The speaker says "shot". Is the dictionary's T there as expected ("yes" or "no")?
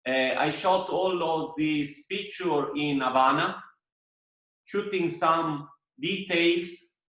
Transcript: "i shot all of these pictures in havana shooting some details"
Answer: yes